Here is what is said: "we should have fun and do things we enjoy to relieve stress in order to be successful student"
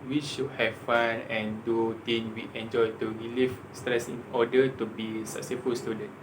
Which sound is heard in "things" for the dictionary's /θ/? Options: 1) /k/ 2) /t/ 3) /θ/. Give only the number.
2